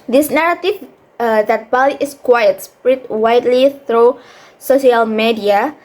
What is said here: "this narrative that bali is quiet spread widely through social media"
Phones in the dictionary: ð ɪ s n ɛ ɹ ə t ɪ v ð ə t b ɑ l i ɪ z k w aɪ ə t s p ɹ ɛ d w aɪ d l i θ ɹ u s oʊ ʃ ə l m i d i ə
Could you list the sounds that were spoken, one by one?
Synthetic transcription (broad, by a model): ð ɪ s n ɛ ɹ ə t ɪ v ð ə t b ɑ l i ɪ s k w aɪ ə t s p ɹ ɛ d w aɪ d l i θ ɹ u s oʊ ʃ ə l m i d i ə